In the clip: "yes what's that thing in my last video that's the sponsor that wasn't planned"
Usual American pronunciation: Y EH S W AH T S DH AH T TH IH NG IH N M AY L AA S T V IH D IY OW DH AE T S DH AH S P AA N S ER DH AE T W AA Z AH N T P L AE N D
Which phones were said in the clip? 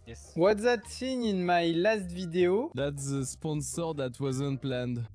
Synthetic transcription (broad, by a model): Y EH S W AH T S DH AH T S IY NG IH N M AY L AA S T V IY D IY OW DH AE T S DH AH S P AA N S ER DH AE T W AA Z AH N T P L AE N D